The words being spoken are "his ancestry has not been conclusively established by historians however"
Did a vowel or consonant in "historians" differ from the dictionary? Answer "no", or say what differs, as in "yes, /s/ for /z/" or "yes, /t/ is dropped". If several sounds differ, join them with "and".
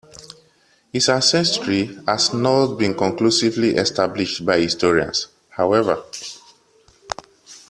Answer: yes, /s/ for /z/